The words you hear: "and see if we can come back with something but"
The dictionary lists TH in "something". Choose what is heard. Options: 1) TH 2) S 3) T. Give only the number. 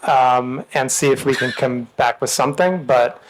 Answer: 1